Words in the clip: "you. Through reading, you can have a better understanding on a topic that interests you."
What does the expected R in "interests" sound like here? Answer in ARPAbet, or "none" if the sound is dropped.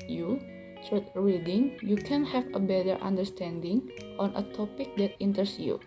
none